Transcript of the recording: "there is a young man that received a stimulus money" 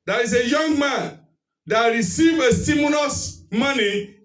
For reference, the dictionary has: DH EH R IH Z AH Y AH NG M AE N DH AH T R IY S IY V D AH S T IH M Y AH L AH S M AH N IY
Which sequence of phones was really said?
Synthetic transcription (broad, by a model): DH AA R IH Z AH Y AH NG M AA N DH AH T R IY S IY V AH S T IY M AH N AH S M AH N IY